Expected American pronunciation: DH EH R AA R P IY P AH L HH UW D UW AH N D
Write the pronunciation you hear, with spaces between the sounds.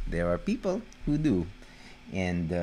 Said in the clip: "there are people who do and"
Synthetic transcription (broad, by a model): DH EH R AA R P IY P AH L HH UW D UW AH N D